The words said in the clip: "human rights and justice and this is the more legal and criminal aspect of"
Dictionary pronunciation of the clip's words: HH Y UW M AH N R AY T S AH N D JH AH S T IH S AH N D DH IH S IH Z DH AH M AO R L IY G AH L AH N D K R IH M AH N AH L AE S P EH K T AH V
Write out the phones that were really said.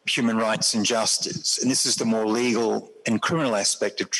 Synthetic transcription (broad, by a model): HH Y UW M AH N R AY T S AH N JH AH S T IH S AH N DH IH S IH Z DH AH M AO R L IY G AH L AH N K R IH M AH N L AE S P EH K T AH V